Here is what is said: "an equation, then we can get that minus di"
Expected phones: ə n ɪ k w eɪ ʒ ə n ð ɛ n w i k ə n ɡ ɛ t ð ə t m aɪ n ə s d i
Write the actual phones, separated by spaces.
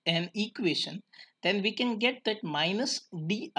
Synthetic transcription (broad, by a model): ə n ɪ k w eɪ ʃ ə n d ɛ n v i k ə n ɡ ɛ t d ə t m aɪ n ə s d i